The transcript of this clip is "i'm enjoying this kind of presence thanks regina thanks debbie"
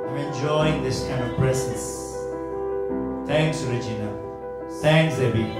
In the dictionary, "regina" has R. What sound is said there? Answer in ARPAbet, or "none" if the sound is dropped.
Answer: R